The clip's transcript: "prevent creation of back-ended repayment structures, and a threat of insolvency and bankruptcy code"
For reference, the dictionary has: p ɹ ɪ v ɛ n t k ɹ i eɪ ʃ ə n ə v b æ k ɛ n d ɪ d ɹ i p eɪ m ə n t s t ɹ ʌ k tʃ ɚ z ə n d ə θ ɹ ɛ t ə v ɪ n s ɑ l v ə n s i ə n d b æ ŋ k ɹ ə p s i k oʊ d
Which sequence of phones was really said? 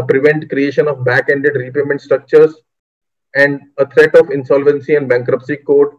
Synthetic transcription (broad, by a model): p ɹ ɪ v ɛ n t k ɹ i eɪ ʃ ə n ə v b æ k ɛ n d ɪ d ɹ i p eɪ m ə n t s t ɹ ʌ k tʃ ɚ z ə n d ə t ɹ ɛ t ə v ɪ n s ɑ l v ə n s i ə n d b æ ŋ k ɹ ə p s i k oʊ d